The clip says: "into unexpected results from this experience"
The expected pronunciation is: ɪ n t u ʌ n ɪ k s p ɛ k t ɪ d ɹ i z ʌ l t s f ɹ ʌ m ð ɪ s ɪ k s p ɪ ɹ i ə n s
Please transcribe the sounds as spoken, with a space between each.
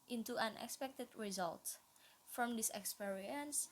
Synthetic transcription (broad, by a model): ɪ n t u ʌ n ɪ k s p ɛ k t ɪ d ɹ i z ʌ l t f ɹ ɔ m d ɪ s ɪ k s p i ɹ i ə n s